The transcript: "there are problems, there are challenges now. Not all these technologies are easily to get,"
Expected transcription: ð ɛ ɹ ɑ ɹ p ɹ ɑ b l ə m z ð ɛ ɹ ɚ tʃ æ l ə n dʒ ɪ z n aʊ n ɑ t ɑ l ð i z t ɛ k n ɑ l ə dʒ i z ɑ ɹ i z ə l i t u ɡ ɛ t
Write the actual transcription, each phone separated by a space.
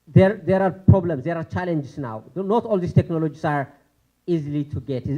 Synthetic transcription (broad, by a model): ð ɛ ɹ ɑ ɹ p ɹ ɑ b l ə m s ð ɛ ɹ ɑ tʃ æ l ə n dʒ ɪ s n aʊ n ɑ t ɑ l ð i s t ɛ k n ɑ l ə dʒ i s ɑ ɹ i z ə l i t u ɡ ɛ t